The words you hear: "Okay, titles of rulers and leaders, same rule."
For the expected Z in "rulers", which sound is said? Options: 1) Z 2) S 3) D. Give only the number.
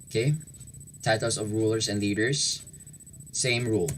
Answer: 2